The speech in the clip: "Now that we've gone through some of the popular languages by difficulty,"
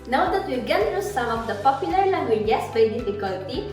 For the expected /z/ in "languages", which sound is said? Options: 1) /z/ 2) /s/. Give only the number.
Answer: 2